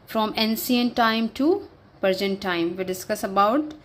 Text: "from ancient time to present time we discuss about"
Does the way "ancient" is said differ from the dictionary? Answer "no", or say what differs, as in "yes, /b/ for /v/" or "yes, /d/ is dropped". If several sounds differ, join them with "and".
yes, /s/ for /ʃ/